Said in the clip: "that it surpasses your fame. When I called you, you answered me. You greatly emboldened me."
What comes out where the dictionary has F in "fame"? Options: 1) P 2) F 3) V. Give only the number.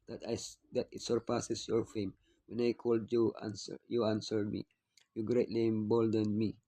2